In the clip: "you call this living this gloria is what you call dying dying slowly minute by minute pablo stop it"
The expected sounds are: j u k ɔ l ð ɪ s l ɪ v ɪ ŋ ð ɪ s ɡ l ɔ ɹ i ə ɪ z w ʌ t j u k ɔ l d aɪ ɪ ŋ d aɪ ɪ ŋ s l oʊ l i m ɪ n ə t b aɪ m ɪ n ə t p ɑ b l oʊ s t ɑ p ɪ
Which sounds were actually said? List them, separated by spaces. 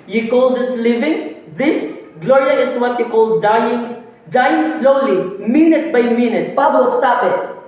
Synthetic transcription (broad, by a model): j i k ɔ l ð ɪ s l ɪ v ɪ ŋ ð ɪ s ɡ l ɔ ɹ i ə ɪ s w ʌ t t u k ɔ l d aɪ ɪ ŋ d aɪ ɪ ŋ s l oʊ l i m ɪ n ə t b aɪ m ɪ n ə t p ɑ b oʊ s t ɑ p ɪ